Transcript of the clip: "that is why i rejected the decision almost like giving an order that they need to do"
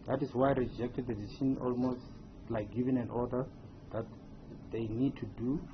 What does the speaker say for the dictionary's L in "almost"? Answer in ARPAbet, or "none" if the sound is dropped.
L